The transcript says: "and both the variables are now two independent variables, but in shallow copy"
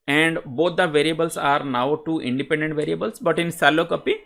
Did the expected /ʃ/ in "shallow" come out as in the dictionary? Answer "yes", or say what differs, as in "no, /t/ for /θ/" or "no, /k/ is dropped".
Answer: no, /s/ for /ʃ/